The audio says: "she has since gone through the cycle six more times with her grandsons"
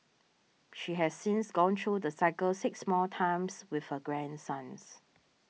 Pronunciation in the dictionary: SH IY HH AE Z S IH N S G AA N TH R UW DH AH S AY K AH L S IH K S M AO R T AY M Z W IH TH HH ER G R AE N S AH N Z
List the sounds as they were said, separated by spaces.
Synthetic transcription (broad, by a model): SH IY HH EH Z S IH N S G AA N T R UW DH AH S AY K AH L S IH K S M AO T AY M S W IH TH HH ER G R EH N S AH N S